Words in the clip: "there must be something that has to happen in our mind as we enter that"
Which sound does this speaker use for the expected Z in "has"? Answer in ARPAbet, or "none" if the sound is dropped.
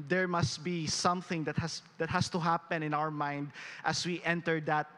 S